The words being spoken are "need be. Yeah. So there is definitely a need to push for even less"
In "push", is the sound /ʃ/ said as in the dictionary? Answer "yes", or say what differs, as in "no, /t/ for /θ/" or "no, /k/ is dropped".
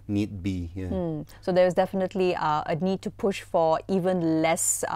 yes